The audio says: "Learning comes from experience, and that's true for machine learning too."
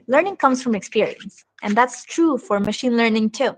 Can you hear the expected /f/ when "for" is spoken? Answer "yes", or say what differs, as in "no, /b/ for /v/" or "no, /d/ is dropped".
yes